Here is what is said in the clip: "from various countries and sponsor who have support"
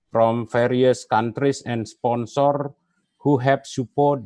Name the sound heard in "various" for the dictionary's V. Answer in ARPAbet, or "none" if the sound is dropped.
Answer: F